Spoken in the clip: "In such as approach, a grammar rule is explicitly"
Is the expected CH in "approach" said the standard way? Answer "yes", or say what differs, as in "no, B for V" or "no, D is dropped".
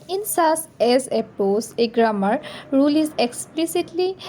no, S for CH